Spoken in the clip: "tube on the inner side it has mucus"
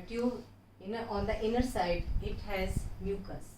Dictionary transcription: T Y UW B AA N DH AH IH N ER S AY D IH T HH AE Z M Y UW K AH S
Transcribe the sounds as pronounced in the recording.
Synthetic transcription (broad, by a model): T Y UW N AA N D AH IH N ER S AY D IH T HH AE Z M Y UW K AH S